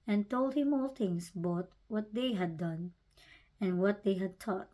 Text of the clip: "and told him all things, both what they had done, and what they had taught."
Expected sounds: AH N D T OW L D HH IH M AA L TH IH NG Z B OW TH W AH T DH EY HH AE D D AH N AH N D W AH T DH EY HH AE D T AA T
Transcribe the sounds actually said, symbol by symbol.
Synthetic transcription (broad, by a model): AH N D T OW L D HH IH M AA L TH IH NG S B OW T W AH T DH EY HH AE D D AH N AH N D W AH T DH EY HH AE D T AA T